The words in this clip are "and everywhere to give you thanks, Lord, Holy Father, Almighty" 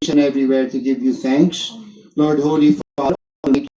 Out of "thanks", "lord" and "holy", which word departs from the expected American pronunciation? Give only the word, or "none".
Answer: thanks